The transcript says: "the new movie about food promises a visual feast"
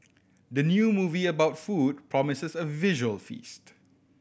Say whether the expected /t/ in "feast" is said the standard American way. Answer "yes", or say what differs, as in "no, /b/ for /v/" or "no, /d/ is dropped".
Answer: yes